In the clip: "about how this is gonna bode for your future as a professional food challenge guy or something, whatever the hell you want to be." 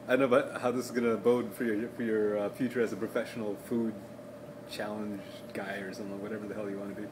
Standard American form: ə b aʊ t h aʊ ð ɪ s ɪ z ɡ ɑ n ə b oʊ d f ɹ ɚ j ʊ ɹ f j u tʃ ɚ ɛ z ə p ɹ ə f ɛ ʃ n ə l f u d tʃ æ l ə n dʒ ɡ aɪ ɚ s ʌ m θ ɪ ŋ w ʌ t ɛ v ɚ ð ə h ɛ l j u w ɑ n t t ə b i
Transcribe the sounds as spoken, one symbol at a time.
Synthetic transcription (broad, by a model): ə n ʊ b h aʊ ð ɪ s ɪ z ɡ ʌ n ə b oʊ d f ɹ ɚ j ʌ ɹ f j u tʃ ɚ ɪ z ə p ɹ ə f ɛ ʃ n l f u d tʃ æ l ə n dʒ ɡ aɪ ɚ s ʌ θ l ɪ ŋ w ʌ t ɛ v ɚ ð ə h ɛ l j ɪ w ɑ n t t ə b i